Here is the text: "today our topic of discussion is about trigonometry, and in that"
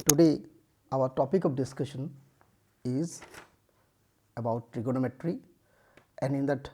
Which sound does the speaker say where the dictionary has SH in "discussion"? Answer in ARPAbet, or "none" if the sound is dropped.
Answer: SH